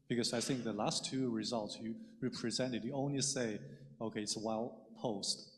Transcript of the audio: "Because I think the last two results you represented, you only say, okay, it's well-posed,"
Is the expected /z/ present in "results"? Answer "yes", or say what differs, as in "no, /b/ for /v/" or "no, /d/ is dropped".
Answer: yes